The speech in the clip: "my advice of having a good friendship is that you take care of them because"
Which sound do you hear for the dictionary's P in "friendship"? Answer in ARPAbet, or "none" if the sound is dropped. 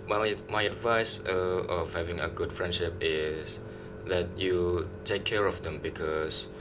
P